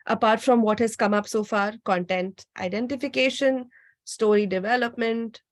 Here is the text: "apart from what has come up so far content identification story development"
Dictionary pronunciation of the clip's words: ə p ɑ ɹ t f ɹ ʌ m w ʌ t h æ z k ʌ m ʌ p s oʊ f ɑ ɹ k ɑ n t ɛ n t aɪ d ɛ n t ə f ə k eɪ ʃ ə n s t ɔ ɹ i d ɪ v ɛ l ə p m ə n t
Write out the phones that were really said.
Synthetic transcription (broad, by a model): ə p ɑ ɹ t f ɹ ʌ m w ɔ t h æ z k ʌ m ʌ p s oʊ f ɑ ɹ k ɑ n t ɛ n t aɪ d ɛ n t ə f ə k eɪ ʃ ə n s t ɔ ɹ i d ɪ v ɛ l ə p m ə n t